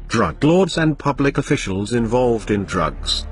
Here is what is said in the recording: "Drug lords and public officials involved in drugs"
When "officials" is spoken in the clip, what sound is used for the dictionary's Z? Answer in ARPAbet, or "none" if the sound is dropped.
Z